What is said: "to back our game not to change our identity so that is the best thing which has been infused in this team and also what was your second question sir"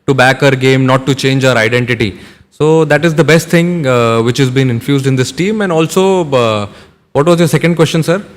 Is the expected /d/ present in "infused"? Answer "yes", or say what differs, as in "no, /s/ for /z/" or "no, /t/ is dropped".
yes